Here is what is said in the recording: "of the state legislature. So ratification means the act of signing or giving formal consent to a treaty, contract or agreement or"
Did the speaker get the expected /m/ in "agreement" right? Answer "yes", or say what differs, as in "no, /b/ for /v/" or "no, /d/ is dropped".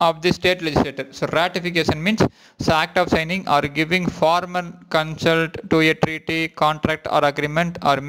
yes